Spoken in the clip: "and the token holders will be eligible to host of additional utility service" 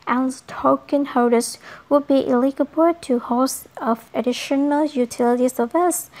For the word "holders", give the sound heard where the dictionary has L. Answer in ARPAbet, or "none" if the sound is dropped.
none